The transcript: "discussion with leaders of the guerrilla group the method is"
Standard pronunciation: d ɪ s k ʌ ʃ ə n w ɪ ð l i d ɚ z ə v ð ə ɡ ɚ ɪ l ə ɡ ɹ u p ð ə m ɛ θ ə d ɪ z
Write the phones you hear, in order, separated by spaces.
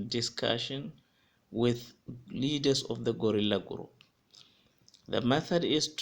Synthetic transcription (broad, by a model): d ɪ s k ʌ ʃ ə n w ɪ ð l i d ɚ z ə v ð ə ɡ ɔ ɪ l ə ɡ ɹ u p ð ə m ɛ θ ə d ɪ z